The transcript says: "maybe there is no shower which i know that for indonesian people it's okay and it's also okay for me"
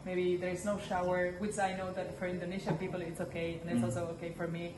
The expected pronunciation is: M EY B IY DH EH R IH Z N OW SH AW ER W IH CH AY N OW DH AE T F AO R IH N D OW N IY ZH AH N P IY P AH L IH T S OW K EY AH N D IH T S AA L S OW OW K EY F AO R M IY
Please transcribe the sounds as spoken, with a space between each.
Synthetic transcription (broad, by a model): M EY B IY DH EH R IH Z N OW SH AW ER W IH CH AY N OW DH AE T F AO R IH N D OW N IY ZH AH P IY P AH L IH T S OW K EY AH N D IH T S AA L S OW OW K EY F AO R M IY